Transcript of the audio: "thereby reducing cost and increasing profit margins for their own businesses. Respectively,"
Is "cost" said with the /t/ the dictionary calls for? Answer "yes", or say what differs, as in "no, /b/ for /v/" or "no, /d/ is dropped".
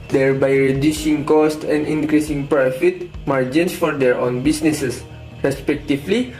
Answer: yes